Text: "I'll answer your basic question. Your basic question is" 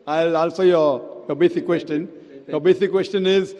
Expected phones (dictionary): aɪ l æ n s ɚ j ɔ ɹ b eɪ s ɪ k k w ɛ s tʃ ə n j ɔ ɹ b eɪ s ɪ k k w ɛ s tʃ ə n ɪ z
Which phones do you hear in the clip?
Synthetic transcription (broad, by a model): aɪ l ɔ l s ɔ j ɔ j b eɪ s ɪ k k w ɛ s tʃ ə n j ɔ b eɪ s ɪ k k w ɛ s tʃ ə n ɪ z